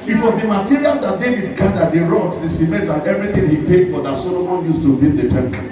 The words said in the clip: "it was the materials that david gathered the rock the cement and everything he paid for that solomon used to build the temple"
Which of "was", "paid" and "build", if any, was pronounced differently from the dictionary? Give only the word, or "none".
build